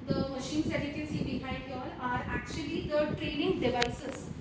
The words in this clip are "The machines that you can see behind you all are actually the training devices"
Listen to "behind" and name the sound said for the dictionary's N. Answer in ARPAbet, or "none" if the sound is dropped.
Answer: none